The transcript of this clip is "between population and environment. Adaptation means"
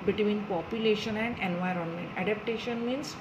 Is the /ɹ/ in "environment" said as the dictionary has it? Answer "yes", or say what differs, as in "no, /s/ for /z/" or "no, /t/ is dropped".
yes